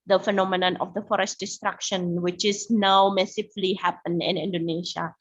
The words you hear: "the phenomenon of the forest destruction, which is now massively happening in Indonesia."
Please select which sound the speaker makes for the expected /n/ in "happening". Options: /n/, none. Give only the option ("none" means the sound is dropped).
none